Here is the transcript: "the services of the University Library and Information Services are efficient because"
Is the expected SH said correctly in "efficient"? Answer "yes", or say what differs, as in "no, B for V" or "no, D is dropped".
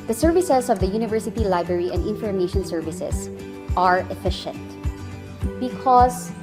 yes